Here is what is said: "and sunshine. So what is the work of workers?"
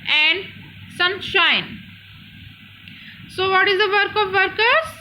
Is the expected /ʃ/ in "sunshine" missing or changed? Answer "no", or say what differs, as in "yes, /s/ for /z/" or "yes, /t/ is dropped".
no